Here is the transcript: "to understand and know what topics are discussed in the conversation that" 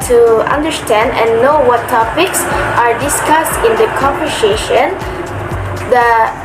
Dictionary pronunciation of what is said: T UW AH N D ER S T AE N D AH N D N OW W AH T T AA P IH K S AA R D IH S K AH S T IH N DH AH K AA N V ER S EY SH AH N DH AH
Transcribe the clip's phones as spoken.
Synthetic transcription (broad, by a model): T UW AH N D ER S T AE N D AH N N OW W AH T T AA P IH K S AA R D IH S K AH S T IH N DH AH K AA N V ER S EY SH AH N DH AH